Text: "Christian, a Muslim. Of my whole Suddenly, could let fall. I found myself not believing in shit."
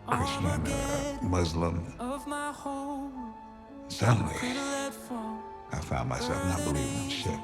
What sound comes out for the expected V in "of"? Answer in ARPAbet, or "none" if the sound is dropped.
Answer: V